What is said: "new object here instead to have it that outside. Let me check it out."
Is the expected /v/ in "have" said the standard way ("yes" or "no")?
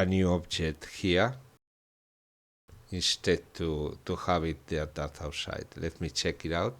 no